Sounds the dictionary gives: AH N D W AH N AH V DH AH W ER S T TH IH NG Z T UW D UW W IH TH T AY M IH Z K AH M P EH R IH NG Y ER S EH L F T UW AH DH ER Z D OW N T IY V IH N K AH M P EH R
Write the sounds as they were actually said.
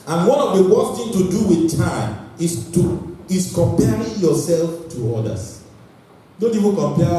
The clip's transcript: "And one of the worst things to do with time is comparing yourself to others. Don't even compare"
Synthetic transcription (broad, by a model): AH N W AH N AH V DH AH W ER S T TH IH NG T UW D UW W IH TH T AY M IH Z K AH M P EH R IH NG Y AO S EH L F T UW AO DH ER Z D OW N T IY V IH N K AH M P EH